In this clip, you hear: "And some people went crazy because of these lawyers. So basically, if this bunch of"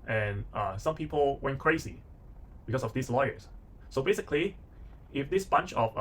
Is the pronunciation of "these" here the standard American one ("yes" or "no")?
no